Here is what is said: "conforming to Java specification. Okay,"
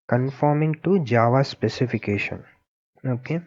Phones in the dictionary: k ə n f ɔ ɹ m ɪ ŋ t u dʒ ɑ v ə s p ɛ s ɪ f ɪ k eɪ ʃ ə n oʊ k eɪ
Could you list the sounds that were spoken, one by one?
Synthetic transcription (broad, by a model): k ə n f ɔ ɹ m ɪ ŋ t u dʒ ɑ v ə s p ɛ s ɪ f ɪ k eɪ ʃ ə n oʊ k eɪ